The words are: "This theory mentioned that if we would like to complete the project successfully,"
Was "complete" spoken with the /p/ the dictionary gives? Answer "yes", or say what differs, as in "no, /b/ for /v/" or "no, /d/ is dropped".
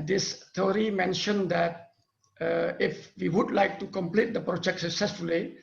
yes